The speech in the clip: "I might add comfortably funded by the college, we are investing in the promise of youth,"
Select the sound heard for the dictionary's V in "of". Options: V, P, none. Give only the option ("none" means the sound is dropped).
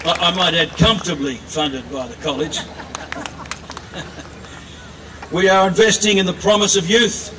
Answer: V